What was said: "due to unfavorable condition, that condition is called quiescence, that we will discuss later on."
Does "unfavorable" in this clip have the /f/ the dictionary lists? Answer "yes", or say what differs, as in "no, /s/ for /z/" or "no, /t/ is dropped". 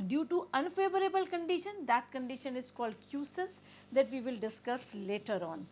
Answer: yes